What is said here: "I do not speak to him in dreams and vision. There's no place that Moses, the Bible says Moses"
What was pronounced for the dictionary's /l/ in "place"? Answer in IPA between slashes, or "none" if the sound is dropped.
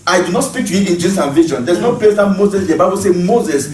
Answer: none